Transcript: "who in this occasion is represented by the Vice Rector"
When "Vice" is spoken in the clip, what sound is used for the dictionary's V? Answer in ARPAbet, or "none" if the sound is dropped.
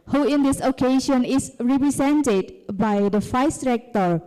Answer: F